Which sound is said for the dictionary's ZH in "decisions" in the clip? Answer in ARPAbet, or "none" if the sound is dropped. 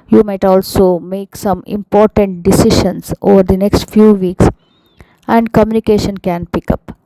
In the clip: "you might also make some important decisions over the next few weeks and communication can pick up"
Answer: SH